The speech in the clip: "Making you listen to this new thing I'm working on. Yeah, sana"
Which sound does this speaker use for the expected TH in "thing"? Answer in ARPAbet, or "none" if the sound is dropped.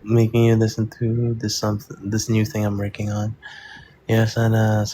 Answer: TH